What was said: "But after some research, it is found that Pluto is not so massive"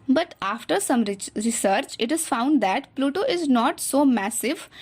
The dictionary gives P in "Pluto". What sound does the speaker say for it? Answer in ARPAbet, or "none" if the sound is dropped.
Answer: P